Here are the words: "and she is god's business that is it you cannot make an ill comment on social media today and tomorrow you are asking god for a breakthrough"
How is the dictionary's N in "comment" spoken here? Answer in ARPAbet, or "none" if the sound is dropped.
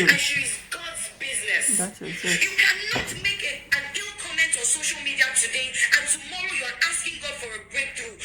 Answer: N